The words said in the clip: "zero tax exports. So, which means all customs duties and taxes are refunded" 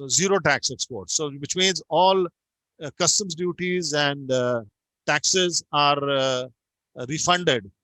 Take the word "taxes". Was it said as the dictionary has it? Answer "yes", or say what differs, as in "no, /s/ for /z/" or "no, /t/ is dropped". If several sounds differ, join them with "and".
yes